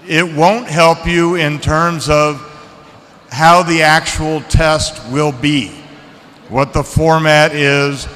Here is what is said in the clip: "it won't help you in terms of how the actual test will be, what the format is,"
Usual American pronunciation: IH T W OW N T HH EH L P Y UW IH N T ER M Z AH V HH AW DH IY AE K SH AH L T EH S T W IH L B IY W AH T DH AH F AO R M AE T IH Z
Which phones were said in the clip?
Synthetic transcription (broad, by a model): IH T W OW N T HH EH L P Y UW IH N T ER M Z AH V HH AW DH IY AE K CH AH L T EH S T W IH L B IY W AH T DH AH F AO R M AE T IH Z